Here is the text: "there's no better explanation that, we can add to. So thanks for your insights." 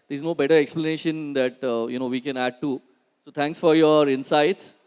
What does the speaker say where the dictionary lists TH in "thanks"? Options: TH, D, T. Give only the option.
T